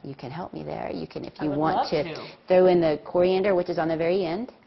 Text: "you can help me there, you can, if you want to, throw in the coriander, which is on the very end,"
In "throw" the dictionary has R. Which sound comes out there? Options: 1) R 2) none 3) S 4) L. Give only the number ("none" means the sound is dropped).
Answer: 1